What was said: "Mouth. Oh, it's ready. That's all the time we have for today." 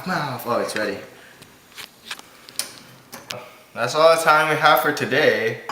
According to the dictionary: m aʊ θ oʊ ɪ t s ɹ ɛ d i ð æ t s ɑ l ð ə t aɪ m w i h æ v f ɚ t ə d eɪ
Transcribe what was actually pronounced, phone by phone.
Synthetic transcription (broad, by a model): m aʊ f oʊ ɪ t s ɹ ɛ d i ð æ t s ɑ l ð ə t aɪ m w i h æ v f ɚ t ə d eɪ